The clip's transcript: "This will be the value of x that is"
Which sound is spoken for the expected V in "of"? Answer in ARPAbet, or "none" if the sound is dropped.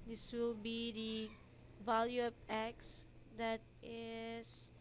P